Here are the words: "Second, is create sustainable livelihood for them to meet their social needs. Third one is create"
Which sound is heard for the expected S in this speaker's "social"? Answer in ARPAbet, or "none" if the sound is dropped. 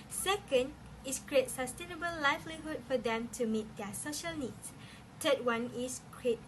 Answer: S